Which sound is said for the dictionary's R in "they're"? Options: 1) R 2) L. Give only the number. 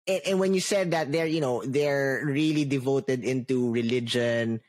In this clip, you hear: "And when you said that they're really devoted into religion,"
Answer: 1